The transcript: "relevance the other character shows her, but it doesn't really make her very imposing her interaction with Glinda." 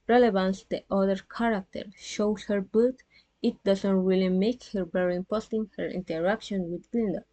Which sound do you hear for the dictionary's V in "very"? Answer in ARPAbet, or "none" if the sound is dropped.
B